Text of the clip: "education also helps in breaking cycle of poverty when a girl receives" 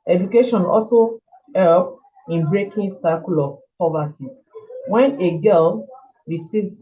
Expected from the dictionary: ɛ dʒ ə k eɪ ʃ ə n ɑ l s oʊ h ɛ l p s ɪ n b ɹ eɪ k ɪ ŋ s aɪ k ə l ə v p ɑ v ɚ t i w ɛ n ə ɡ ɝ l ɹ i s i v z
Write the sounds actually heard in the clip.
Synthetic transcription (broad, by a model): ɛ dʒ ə k eɪ ʃ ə n ɑ l s oʊ h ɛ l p ɪ n b ɹ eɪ k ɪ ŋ s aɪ k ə l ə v p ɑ v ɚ t i w ɛ n ə ɡ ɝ l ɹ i s i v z